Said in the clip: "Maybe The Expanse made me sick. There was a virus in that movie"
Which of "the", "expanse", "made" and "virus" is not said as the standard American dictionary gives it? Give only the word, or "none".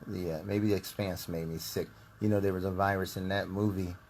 none